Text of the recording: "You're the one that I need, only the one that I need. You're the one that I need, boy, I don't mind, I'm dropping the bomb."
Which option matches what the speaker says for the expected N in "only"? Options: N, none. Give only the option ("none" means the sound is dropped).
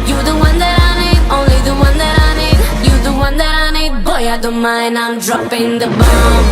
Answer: N